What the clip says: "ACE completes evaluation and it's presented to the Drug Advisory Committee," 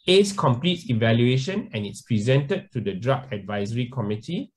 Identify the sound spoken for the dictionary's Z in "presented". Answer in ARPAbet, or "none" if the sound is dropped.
Z